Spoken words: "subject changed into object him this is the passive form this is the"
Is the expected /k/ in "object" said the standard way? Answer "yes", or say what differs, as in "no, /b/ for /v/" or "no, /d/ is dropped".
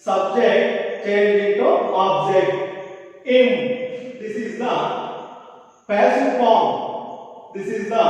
yes